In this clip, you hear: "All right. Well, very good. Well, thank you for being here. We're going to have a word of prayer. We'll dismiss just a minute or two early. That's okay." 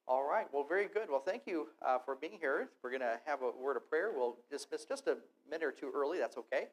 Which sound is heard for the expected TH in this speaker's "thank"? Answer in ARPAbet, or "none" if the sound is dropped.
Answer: TH